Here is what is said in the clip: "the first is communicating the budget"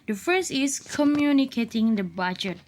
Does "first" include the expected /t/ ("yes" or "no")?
no